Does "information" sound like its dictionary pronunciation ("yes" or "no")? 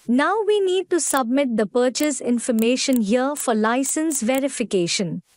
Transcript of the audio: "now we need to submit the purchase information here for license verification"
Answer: yes